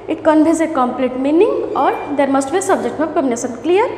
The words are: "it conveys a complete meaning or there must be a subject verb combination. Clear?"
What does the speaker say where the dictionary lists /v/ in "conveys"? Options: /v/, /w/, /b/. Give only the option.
/b/